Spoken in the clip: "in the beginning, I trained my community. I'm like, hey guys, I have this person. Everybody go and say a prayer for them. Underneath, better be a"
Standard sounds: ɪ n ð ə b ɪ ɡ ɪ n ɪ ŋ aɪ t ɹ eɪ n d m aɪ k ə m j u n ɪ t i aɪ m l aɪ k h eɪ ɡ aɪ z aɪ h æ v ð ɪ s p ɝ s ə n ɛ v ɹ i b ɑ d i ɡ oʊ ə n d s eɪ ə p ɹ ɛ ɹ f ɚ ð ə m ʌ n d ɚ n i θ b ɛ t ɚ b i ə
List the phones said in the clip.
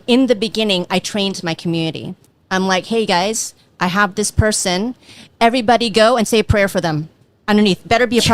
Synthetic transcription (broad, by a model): ɪ n ð ə b ɪ ɡ ɪ n ɪ ŋ aɪ t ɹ eɪ n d m aɪ k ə m j u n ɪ t i aɪ m l aɪ k h eɪ ɡ aɪ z aɪ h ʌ v ð ɪ s p ɝ s ə n ɛ v ɹ i b ɑ d i ɡ oʊ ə n s eɪ ə p ɹ ɛ ɹ f ɚ ð ə m ʌ n d ɚ n i θ b ɛ t ɚ b i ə